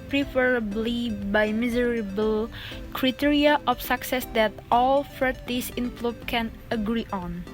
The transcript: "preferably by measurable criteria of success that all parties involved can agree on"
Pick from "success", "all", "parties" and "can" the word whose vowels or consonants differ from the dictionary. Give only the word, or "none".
parties